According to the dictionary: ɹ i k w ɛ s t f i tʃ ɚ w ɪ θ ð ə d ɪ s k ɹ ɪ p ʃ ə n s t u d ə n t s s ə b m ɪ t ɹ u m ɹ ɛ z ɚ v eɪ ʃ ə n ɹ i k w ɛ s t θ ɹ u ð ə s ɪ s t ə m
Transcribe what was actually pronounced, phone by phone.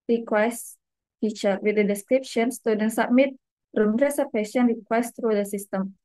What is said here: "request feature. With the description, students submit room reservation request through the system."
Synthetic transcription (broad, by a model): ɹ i k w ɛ s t f i tʃ ɚ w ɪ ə d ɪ s k ɹ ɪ p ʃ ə n s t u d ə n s s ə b m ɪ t ɹ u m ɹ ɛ s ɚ p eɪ s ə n ɹ i k w ɛ s t ɹ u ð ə s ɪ s t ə m